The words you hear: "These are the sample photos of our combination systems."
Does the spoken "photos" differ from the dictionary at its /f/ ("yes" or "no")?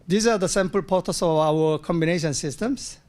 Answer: yes